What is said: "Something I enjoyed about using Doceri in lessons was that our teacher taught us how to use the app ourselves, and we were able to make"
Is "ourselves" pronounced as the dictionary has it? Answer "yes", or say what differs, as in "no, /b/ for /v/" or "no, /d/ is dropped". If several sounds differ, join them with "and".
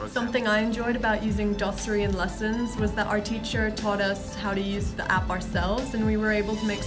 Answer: yes